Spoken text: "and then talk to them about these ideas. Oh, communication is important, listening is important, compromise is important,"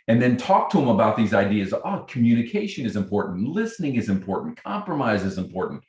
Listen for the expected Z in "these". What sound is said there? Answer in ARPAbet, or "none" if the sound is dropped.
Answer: Z